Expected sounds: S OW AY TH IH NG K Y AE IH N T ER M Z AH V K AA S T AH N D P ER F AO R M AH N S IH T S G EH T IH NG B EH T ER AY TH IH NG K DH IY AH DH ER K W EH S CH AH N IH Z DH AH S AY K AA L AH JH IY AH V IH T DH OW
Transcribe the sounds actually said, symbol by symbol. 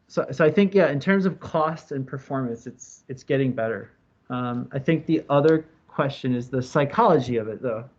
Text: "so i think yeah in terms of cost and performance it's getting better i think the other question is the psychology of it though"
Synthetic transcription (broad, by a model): S OW AY TH IH NG K Y AE IH N T ER M Z AH V K AA S T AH N P ER F AO R M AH N S IH T S G EH T IH NG B EH T ER AY TH IH NG K DH IY AH DH ER K W EH S CH AH N IH Z DH AH S AY K AA L AH JH IY AH V IH T DH OW